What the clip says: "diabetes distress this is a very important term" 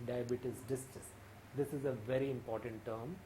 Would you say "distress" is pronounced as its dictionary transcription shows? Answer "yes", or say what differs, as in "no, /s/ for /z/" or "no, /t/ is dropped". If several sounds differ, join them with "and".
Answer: no, /ɹ/ is dropped